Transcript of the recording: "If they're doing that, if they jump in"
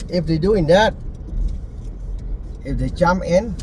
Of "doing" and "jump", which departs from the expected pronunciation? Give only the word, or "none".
jump